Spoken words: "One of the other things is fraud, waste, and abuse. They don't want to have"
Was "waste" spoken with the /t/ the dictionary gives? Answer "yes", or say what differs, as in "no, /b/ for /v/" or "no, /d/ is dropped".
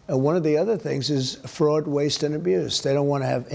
yes